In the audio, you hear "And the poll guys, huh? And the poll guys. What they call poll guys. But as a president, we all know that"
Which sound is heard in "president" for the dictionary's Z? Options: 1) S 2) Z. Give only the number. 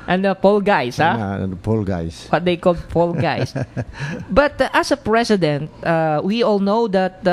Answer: 1